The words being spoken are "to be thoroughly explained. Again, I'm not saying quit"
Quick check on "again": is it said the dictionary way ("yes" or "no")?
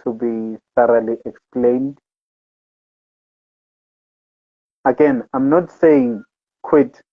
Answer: yes